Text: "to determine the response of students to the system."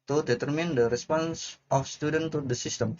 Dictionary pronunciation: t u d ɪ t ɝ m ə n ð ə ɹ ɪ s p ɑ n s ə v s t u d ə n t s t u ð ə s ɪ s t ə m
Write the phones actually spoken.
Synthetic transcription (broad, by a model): t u d ɪ t ɝ m ə n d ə ɹ ɪ s p ɑ n s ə f s t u d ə n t t u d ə s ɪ s t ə m